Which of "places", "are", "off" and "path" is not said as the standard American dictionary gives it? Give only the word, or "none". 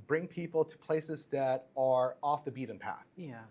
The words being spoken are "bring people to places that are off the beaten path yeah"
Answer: none